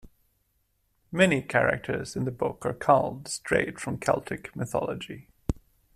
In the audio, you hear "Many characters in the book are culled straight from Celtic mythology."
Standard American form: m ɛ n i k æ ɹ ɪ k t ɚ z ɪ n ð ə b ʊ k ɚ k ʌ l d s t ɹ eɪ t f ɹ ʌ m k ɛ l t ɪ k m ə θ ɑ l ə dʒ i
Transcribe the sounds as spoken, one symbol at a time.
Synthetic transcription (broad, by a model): m ɛ n i k æ ɹ ɪ k t ɚ z ɪ n ð ə b ʊ k ɚ k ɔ l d s t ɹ eɪ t f ɹ ʌ m k ɛ l t ɪ k m ə θ ɑ l ə dʒ i